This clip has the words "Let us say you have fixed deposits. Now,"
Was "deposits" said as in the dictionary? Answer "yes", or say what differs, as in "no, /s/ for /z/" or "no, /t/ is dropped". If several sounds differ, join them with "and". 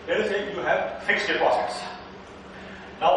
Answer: no, /s/ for /z/